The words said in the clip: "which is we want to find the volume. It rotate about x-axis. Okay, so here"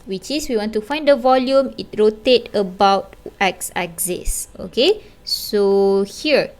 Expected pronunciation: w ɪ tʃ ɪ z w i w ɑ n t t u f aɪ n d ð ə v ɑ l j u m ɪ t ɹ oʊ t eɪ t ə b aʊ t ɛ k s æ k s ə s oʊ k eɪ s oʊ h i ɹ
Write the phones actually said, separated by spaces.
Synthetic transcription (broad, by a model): w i tʃ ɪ s w i w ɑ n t t u f aɪ n d ə v ɑ l j u m ɪ t ɹ oʊ t eɪ t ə b aʊ t ɛ k s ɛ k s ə s oʊ k eɪ s oʊ h i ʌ